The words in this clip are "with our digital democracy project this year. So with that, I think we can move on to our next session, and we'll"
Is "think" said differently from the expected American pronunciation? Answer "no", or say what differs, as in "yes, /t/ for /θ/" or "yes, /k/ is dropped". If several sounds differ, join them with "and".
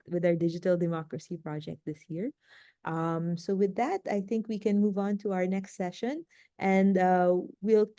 no